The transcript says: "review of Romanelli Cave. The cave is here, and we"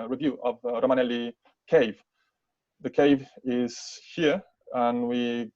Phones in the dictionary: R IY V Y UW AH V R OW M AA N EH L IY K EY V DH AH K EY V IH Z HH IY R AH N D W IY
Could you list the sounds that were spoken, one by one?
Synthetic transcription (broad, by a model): R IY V Y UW AH V R OW M AA N EH L IY K EY V DH AH K EY V IH Z HH IY R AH N W IY